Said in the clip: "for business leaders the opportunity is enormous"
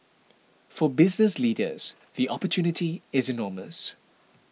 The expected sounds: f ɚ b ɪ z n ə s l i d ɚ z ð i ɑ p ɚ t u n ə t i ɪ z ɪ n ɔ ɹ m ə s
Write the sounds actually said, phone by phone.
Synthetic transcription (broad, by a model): f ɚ b ɪ z n ə s l i d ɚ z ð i ɑ p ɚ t u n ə t i ɪ z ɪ n ɔ m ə s